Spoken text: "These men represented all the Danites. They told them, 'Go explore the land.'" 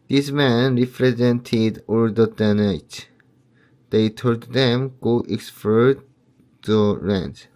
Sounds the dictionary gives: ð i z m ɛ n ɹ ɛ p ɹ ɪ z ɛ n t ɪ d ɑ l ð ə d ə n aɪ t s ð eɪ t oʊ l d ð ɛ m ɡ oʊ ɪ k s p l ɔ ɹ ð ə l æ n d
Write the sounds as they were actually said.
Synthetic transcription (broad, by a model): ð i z m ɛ n ɹ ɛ p ɹ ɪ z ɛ n t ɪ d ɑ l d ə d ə n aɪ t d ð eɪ t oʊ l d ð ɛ m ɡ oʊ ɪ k s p ɔ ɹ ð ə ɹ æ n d